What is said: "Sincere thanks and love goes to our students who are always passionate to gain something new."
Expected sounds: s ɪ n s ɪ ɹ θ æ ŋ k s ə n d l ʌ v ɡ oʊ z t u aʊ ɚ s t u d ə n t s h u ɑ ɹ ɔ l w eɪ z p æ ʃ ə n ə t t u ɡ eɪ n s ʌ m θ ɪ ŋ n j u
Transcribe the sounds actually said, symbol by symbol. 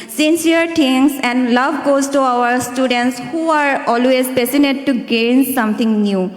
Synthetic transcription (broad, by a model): s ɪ n s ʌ ɹ t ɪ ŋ s ə n d l ʌ v ɡ oʊ z t u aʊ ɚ s t u d ə n t s h u ɑ ɹ ɔ l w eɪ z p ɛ s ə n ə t t u ɡ eɪ n s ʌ m t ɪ ŋ n j u